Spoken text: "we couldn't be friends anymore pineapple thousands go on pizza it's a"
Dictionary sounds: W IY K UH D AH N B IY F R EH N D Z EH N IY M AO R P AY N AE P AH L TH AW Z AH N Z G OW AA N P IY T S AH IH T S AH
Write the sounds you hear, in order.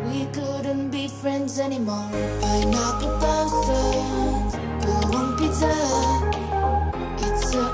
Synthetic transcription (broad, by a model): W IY K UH D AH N B IY F R EH N D Z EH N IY M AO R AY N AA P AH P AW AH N S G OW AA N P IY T AH IH T S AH